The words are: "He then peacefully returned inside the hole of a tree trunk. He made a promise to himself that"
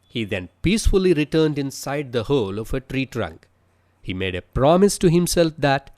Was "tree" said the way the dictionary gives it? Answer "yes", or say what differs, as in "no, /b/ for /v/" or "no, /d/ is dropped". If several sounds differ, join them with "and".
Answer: yes